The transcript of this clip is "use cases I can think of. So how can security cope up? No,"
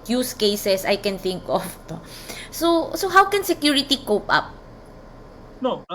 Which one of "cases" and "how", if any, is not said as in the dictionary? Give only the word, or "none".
cases